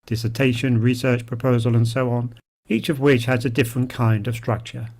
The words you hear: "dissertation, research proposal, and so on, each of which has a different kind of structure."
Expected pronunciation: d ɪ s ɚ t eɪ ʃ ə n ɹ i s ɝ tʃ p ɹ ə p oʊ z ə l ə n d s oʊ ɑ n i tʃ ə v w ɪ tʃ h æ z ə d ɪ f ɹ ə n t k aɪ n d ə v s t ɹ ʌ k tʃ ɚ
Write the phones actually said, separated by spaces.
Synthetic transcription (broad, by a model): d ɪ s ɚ t eɪ ʃ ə n ɹ i s ɝ tʃ p ɹ ə p oʊ z ə l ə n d s oʊ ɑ n i tʃ ə v w ɪ tʃ h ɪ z ə d ɪ f ɹ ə n k aɪ n d ə v s t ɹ ʌ k tʃ ɚ